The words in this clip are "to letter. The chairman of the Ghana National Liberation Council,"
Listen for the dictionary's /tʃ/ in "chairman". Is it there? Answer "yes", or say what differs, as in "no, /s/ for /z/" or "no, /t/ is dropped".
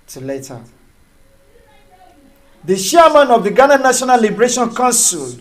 no, /ʃ/ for /tʃ/